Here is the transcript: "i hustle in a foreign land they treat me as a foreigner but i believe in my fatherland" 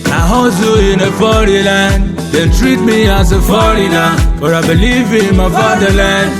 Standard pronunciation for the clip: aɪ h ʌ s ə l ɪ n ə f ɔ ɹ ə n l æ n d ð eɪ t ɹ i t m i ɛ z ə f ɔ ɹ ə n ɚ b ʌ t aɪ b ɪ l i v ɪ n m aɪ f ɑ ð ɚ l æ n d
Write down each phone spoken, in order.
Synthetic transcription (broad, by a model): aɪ h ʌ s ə ɪ n ə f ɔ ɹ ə l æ n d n t ɹ i t m i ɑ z ə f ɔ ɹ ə l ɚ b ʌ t aɪ b ɪ l i v ɪ n m aɪ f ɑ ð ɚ l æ n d